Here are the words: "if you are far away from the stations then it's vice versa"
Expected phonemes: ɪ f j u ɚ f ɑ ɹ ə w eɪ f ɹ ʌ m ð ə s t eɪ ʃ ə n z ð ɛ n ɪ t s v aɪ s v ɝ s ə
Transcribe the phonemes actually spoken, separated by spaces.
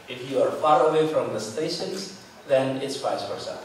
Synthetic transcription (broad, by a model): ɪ f j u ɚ f ɑ ɹ ə w eɪ f ɹ ʌ m ð ə s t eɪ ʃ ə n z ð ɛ n ɪ t s f aɪ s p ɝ s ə